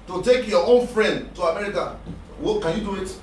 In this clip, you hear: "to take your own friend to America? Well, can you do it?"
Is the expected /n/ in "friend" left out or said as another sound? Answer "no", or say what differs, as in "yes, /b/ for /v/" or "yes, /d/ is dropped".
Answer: no